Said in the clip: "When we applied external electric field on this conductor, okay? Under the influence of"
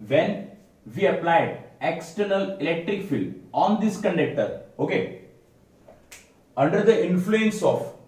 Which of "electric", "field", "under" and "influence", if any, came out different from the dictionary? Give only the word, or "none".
field